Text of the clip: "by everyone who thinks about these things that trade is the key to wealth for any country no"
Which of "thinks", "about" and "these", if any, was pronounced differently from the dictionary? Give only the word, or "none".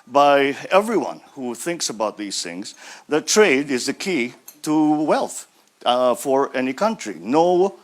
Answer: none